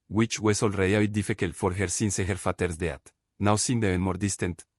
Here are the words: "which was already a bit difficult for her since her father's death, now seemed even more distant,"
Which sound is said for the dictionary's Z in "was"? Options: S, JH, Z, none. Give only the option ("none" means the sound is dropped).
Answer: S